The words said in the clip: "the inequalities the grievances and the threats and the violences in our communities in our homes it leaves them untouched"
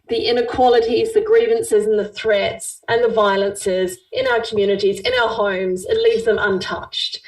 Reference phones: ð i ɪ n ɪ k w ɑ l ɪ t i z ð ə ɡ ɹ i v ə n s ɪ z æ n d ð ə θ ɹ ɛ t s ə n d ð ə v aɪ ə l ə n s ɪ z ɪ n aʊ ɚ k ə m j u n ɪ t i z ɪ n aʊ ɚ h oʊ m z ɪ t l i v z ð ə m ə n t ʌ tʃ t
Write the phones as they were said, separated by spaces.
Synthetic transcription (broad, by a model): ð i ɪ n ɪ k w ɑ l ɪ t i z ð ə ɡ ɹ i v ə n s ɪ z n ð ə θ ɹ ɛ t s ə n ð ə v aɪ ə l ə n s ɪ z ɪ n aʊ ɚ k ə m j u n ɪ t i z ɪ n aʊ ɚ h oʊ m z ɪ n l i v z ð ə m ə n t ʌ tʃ t